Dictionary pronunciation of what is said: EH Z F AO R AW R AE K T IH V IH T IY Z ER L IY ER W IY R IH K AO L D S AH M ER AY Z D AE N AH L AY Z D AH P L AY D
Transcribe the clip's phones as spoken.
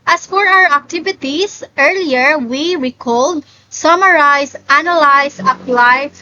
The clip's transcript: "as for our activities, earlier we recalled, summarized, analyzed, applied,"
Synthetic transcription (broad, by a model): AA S F AO R AW R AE K T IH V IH T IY S ER L IY ER W IY R IH K AO L D S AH M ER AY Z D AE N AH L AY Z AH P L AY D